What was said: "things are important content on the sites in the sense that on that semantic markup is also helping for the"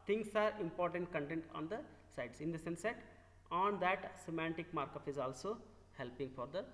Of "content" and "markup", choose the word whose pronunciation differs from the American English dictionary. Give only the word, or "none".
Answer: markup